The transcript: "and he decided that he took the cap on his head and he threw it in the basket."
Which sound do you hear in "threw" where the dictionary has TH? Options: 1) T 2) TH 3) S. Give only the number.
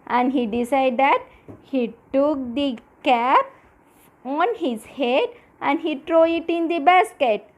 1